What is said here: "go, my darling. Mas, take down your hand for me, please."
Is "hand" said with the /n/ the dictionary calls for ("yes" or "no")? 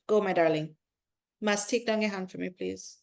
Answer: yes